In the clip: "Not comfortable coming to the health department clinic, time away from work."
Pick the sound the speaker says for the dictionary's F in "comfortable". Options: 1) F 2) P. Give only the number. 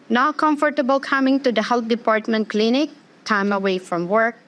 1